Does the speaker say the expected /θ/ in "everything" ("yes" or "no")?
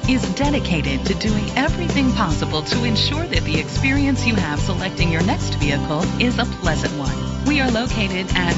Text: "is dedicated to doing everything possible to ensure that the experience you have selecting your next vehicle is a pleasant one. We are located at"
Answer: yes